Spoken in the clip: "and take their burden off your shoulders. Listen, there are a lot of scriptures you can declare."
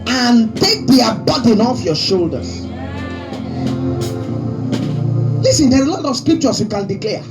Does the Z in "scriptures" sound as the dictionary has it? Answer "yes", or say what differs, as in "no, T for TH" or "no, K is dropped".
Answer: no, S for Z